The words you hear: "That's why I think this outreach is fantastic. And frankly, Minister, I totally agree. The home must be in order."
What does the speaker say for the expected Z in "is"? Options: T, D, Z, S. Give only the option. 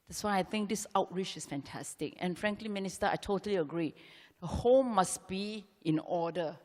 S